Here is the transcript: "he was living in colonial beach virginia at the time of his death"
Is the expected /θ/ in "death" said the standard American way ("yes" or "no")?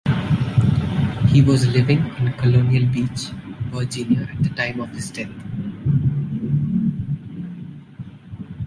no